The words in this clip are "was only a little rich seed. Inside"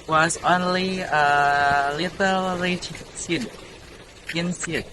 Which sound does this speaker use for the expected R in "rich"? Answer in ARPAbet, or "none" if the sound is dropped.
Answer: L